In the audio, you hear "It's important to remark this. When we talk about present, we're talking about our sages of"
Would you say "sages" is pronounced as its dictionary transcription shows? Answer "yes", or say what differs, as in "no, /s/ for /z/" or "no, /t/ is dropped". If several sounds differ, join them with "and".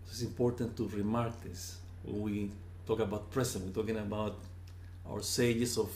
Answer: no, /s/ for /z/